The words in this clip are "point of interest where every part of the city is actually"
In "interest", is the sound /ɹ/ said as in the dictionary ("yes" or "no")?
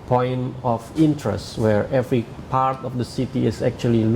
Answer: yes